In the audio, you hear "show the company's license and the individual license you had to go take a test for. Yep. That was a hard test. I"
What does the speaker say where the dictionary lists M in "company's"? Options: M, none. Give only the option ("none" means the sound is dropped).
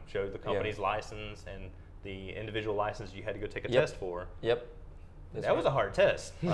none